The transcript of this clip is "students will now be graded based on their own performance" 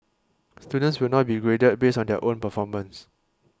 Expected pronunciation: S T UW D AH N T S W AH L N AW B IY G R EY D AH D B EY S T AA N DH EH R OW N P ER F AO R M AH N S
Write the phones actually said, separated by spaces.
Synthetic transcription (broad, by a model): S T UW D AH N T S W AH L N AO B IY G R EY D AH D B EY S AA N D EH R OW N P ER F AO M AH N S